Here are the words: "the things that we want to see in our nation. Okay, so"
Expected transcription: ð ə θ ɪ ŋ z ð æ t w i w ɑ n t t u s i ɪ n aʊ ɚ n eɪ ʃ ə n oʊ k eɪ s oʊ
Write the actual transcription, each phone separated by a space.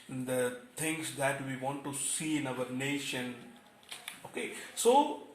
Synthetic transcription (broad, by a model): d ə t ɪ ŋ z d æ t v i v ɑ n t t u s i ɪ n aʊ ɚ n eɪ ʃ ə n oʊ k eɪ s oʊ